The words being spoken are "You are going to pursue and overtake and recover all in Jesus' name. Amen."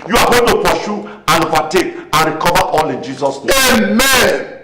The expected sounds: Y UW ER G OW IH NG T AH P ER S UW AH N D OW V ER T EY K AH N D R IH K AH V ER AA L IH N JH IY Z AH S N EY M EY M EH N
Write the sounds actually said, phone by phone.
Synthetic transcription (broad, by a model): Y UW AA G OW T AH P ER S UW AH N OW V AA T EY K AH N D R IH K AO V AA AA L IH N JH IY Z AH S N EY EY M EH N